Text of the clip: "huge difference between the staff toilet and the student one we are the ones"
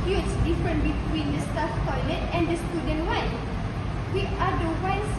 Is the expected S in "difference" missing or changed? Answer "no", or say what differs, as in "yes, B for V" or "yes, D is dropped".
yes, S is dropped